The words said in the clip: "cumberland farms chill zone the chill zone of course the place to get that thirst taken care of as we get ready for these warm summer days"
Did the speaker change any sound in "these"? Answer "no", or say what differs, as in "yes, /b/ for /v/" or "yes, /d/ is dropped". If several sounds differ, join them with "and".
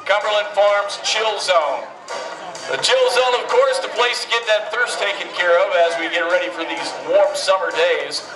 no